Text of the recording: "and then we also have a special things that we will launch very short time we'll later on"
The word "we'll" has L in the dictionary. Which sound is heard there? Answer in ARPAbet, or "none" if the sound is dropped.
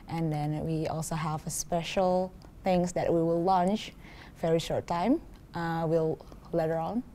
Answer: L